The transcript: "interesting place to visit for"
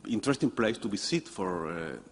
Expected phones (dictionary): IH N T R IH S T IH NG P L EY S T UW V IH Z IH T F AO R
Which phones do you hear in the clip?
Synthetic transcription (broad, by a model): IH N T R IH S T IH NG P L EY S T UW B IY S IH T F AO R